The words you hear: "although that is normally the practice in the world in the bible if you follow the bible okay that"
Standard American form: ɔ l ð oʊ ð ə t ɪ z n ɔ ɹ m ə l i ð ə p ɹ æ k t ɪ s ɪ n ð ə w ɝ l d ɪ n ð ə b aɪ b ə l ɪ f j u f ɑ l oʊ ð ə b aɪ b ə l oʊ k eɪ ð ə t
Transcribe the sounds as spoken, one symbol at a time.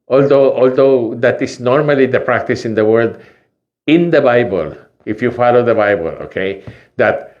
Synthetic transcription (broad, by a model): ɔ l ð oʊ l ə t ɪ s n ɔ ɹ m ə l i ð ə p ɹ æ k t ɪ s ɪ n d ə w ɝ d ɪ n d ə b aɪ b ə l ɪ f j u f ɑ l oʊ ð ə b aɪ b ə l oʊ k eɪ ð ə t